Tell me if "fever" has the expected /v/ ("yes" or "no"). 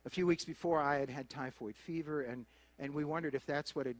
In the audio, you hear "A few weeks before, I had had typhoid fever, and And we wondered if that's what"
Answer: yes